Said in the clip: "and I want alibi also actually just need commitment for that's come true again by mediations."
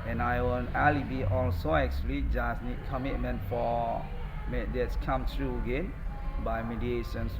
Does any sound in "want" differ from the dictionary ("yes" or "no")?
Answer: yes